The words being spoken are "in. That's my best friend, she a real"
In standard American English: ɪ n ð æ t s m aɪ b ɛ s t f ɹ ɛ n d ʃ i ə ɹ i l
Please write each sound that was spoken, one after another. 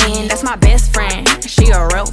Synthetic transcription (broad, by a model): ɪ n ð æ t s m aɪ b ɛ s t f ɹ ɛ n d ʃ i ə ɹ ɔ